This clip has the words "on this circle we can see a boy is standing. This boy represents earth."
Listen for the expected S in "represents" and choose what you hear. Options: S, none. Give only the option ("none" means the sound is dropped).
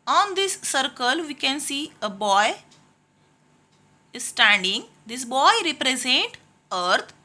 none